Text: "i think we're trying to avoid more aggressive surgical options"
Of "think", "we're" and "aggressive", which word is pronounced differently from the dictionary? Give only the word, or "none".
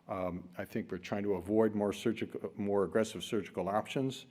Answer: none